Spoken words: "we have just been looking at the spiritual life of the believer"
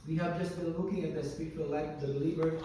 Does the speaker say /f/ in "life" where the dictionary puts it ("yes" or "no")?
no